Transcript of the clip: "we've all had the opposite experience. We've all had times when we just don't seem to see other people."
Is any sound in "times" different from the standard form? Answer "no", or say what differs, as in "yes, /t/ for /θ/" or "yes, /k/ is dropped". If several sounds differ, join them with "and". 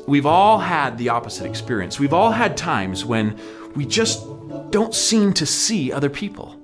no